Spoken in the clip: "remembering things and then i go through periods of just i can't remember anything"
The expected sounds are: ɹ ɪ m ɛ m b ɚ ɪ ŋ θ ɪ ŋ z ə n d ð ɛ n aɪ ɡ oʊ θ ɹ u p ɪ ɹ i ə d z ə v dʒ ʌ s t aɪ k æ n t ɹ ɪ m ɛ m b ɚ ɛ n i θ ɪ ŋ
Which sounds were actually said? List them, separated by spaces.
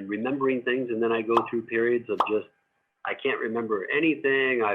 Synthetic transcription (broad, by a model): ɹ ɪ m ɛ m b ɚ ɪ ŋ θ ɪ ŋ z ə n ð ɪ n aɪ ɡ oʊ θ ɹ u p ɪ ɹ i ə d z ə v dʒ ʌ s t aɪ k æ n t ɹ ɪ m ɛ m b ɚ ɛ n i θ ɪ ŋ